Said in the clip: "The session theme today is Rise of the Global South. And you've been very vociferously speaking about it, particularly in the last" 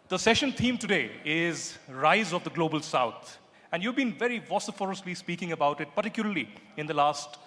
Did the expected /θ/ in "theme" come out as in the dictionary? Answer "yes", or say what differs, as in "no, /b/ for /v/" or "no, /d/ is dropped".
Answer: no, /t/ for /θ/